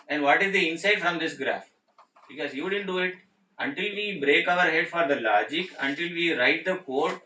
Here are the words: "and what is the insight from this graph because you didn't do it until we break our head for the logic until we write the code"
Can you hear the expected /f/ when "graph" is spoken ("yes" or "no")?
yes